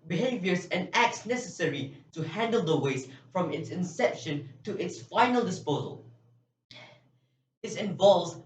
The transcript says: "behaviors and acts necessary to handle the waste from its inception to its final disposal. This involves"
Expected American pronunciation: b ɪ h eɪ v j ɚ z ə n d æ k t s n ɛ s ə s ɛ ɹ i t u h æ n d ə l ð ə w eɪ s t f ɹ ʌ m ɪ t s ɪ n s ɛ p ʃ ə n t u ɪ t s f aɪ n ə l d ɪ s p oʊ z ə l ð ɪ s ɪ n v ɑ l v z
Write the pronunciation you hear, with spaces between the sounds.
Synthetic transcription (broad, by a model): b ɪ h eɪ v j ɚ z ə n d æ k t s n ɛ s ə s ɛ ɹ i t u h æ n d ə l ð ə w eɪ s f ɹ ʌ m ɪ t s ɪ n s ɛ p ʃ ə n t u ɪ t s f aɪ n ə l d ɪ s p oʊ z ə l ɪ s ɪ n v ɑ l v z